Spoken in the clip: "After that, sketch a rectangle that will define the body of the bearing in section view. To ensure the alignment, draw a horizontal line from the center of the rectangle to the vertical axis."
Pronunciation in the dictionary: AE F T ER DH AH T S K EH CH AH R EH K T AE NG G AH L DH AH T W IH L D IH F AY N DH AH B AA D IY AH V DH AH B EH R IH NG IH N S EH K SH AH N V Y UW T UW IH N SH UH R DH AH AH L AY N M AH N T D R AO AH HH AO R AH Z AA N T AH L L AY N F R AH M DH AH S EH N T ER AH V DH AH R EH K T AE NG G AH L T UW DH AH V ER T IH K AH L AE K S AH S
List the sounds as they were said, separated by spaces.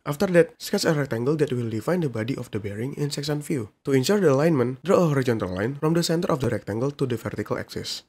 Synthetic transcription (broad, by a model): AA F T ER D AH T S K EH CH AH R EH K T AE NG G AH L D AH T W IH L D IH F AY N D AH B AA D IY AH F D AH B EH R IH NG IH N S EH K S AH N F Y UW T UW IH N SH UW R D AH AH L AY N M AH N D R AO AH HH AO R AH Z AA N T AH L L AY N F R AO M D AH S EH N T ER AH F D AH R EH K T AE NG G AH L T UW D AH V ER T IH K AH L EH K S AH S